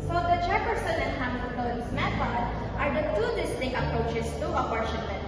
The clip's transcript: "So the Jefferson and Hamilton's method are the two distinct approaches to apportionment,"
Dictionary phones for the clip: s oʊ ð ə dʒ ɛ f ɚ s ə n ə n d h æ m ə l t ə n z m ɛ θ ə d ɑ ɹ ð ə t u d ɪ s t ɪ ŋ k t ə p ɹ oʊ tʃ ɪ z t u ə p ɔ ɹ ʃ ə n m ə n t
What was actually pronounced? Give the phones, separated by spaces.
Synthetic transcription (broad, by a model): s oʊ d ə tʃ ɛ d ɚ s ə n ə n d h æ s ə t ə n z m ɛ s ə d ɑ ɹ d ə t u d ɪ s t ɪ k ə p ɹ oʊ tʃ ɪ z t u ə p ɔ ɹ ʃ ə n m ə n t